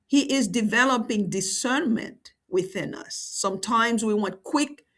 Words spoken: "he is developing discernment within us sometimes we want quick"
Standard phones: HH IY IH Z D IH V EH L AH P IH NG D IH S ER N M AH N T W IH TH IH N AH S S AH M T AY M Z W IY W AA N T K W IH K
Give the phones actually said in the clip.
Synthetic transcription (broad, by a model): HH IY IH Z D IH V EH L AH P IH NG D IH S ER N M AH N T W IH TH IH N AH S S AH M T AY M Z W IY W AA N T K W IH K